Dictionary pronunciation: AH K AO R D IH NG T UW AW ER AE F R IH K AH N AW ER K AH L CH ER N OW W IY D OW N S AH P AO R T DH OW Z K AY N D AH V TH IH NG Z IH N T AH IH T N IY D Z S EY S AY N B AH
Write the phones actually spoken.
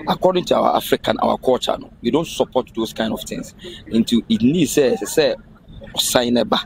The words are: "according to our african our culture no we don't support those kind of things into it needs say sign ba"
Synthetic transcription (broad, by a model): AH K AO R D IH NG T UW AW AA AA F R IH K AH N AW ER K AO CH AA N OW W IY D OW N S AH P AO T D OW S K AY N D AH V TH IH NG S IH N T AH IH T N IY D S S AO S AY N B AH